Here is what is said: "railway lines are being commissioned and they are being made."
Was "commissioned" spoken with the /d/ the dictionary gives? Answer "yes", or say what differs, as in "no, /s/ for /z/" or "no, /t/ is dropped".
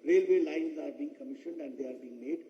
yes